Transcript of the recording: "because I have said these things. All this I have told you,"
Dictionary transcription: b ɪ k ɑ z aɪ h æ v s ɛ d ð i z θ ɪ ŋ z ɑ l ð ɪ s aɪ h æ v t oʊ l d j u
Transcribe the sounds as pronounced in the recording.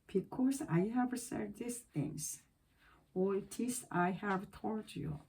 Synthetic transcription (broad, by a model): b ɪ k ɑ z aɪ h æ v s ɛ d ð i s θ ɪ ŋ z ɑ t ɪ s aɪ h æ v t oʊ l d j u